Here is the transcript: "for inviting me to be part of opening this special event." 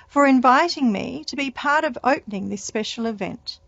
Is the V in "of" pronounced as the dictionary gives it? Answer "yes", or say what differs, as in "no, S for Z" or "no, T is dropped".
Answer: yes